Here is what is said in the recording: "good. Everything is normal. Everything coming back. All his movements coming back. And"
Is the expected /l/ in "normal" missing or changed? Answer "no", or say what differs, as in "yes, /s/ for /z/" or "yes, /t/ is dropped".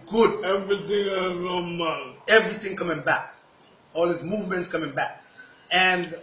yes, /n/ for /l/